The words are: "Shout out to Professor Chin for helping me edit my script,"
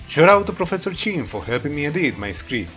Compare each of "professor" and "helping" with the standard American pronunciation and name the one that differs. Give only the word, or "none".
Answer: none